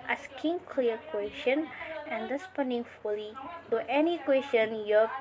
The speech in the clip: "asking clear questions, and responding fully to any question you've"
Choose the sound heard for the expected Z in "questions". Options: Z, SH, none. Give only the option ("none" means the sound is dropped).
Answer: none